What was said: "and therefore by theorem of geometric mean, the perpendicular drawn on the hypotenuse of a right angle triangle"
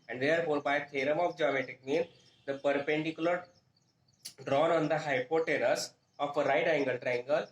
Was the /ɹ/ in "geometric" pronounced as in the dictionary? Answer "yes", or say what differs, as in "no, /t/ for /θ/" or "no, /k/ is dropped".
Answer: no, /ɹ/ is dropped